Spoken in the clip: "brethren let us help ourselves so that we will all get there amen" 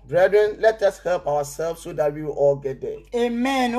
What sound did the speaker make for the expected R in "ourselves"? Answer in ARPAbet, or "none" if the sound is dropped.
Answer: W